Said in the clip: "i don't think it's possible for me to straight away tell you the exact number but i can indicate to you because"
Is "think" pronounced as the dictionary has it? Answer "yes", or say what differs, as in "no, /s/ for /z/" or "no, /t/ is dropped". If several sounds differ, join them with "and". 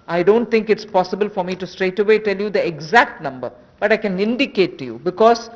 no, /t/ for /θ/